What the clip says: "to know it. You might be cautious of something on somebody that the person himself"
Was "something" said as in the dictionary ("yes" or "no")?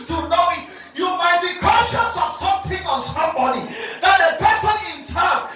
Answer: no